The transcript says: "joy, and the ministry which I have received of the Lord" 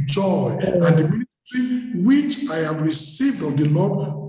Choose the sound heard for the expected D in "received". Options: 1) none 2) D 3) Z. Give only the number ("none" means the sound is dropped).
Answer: 2